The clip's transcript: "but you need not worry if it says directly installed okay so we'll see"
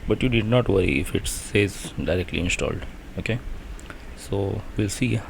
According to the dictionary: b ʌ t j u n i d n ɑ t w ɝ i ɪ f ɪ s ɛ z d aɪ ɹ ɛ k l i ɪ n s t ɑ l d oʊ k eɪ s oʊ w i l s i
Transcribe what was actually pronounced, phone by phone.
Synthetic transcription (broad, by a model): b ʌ t j u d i d n ɑ t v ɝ i ɪ f ɪ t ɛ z d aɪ ɹ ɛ k l i ɪ n s t ɑ l d oʊ k eɪ s oʊ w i l s i